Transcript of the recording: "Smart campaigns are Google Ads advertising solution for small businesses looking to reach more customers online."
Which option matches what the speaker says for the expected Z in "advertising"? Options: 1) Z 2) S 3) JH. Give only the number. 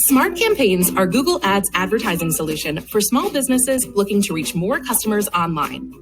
1